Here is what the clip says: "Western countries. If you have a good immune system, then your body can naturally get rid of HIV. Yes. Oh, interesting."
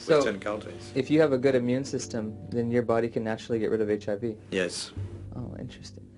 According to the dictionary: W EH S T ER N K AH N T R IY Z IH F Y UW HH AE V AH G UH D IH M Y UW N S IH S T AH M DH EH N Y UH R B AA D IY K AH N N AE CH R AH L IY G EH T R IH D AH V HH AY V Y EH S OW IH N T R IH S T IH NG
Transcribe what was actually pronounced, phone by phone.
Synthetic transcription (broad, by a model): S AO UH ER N K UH N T IY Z IH F Y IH V AH G UH D IH M Y UW N S IH S T AH M DH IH N Y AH R B AA D IY K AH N N AE CH R L IY G EH T R IH D AH V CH AY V Y EH S OW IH N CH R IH S T IH NG